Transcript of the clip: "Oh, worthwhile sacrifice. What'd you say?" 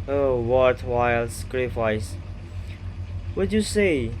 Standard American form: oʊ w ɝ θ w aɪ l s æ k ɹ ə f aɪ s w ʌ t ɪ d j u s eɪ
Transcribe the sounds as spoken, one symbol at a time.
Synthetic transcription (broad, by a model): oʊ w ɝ t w aɪ l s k ɹ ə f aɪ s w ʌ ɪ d j u s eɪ